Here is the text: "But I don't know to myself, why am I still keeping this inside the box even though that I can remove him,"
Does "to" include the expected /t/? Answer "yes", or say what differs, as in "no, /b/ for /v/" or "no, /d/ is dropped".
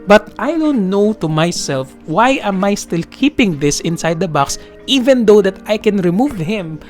yes